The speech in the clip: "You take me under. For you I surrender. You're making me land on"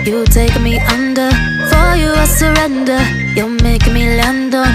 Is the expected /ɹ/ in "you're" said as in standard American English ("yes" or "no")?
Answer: no